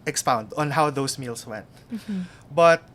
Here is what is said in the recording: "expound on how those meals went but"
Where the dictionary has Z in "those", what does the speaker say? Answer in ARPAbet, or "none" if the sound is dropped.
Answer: S